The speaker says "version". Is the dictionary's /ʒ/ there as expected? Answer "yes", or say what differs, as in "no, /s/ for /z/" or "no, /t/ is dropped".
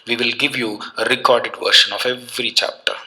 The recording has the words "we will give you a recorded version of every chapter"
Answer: no, /ʃ/ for /ʒ/